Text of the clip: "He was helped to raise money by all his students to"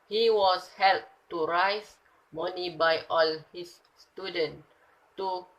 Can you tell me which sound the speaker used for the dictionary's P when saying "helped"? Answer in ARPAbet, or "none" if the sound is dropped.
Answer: none